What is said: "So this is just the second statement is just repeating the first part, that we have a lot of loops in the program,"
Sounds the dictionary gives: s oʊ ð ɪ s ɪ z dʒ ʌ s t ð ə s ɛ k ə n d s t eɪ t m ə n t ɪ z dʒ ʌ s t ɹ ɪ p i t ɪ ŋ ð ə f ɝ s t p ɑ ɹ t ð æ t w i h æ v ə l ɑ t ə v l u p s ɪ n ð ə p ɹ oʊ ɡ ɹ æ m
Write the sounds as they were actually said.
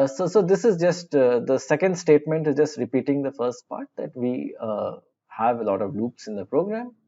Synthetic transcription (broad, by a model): s oʊ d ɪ s ɪ z dʒ ʌ s t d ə s ɛ k ə n d s t eɪ t m ə n t ɪ z dʒ ʌ s t ɹ ɪ p i t ɪ ŋ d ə f ɝ s t p ɑ ɹ t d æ t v i h æ v ə l ɑ t ə v l u p s ɪ n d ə p ɹ oʊ ɡ ɹ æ m